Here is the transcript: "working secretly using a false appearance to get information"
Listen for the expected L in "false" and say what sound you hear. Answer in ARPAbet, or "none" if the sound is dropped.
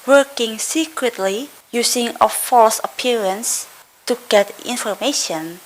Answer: L